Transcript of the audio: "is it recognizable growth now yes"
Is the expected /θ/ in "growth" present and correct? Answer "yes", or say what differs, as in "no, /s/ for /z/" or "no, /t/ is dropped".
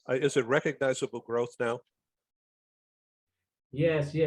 yes